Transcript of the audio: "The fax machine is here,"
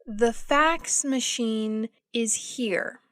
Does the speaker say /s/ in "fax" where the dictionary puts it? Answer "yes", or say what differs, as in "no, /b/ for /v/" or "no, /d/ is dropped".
yes